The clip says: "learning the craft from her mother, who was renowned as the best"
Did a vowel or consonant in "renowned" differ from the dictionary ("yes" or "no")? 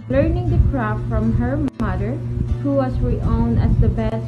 yes